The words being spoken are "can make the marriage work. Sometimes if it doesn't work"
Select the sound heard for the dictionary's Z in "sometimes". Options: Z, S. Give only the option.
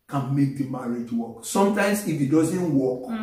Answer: S